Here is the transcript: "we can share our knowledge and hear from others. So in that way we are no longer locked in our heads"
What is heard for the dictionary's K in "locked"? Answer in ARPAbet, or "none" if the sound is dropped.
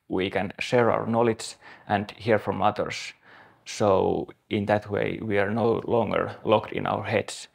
K